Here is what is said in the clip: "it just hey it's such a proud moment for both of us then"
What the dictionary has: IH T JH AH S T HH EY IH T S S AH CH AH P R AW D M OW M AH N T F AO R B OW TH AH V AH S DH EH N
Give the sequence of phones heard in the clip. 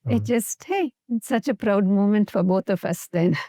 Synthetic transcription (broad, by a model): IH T JH AH S T HH EY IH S S AH CH AH P R AW D M OW M AH N T F AO R B OW T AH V AH S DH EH N